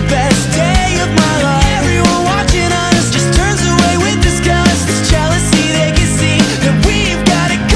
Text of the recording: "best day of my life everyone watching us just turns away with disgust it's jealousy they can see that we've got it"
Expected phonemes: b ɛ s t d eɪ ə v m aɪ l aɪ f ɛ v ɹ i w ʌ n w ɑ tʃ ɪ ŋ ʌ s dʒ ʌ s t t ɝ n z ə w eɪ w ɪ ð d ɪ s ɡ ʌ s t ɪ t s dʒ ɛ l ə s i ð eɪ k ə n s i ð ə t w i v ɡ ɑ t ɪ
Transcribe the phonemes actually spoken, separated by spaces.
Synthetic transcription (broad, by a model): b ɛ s d eɪ ə v m aɪ l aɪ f ɛ v ɹ i w ʌ n w ɑ tʃ ɪ ŋ ʌ s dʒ ʌ s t t ɝ n z ə w eɪ w ɪ ð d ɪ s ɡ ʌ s ɪ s dʒ ɛ l ə s i ð eɪ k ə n s i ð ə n w i v ɡ ɑ t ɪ